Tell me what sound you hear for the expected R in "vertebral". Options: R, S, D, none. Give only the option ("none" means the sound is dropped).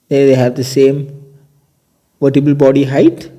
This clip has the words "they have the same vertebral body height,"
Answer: none